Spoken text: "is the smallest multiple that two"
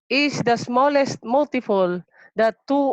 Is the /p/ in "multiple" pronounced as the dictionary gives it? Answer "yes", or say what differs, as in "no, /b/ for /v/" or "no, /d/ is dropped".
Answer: no, /f/ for /p/